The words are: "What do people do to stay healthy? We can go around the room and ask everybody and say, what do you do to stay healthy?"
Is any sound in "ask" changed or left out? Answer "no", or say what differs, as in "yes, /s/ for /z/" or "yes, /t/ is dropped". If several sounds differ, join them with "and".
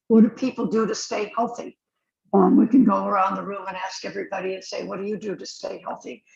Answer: no